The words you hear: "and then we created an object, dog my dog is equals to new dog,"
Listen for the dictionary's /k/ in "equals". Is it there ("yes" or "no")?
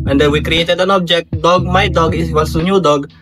no